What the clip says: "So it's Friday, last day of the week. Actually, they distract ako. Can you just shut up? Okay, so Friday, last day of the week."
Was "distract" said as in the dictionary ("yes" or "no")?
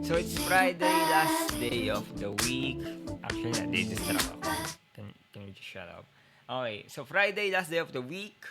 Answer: no